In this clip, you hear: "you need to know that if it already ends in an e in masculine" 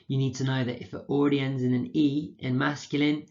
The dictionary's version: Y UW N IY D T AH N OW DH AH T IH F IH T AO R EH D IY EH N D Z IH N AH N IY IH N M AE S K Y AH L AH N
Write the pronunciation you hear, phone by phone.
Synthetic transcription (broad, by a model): Y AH N IY D T AH N OW DH AH T IH F IH T AO R EH D IY EH N D Z IH N AH N IY IH N M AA S K Y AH L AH N